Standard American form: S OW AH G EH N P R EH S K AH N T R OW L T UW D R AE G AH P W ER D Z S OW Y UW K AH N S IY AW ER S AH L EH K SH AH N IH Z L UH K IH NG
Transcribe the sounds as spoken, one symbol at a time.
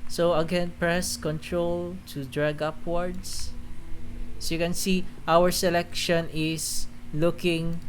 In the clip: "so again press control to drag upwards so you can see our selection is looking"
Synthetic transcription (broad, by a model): S OW AH G EH N P R EH S K AH N T R OW L T UW D R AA G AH P W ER D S S OW Y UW K AH N S IY AW ER S AH L EH K SH AH N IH S L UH K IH NG